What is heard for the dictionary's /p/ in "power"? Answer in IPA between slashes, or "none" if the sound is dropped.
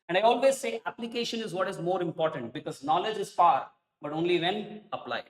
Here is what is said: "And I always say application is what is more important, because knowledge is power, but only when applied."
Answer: /f/